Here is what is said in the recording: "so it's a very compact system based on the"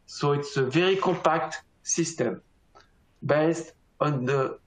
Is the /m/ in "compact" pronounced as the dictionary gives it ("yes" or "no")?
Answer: no